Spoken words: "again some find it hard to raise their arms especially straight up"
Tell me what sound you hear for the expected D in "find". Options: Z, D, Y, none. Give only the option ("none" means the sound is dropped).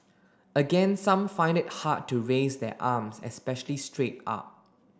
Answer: D